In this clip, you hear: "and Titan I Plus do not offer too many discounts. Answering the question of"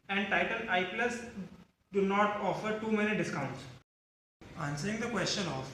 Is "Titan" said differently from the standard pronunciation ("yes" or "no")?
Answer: yes